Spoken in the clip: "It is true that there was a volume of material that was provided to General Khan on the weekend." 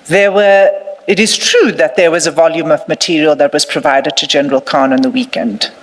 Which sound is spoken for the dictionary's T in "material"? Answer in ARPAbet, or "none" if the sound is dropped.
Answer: T